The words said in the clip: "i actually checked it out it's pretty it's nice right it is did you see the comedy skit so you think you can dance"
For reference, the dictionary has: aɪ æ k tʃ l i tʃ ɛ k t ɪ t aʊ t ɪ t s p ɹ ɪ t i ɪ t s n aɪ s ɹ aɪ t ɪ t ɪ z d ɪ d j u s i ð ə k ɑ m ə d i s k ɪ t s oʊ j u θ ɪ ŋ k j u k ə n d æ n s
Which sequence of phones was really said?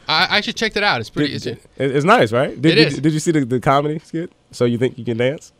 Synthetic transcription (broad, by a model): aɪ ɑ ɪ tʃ i tʃ ɛ k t ɪ t aʊ t ɪ t s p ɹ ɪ s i ɪ t s n aɪ s ɹ aɪ t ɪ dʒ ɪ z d ɪ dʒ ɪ s i ð ə k ɑ m ə d i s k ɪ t s oʊ j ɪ θ ɪ ŋ k j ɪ k ə n d æ n s